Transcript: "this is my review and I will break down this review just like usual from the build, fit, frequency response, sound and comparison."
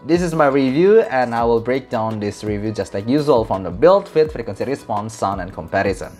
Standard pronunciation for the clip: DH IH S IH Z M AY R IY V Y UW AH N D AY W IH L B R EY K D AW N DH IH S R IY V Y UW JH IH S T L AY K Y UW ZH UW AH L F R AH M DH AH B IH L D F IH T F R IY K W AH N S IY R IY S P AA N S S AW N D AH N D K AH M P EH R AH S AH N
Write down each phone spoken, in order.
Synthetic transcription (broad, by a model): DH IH S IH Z M AY R IY V Y UW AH N AY W IH L B R EY K D AW N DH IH S R IY V Y UW JH IH S T L AY K Y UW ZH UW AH L F R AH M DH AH B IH L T F IH T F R K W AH N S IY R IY S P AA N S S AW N AH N K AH M P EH R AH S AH N